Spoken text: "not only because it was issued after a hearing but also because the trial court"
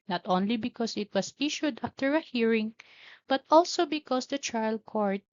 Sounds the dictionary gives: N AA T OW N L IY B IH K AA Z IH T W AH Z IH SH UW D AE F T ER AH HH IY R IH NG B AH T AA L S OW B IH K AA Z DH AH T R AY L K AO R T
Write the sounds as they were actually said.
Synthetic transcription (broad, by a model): N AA T OW N L IY B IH K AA S IH T W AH S IH SH UW D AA F T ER AH HH IY R IH NG B AH T AA L S OW B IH K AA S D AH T R AY L K AO R T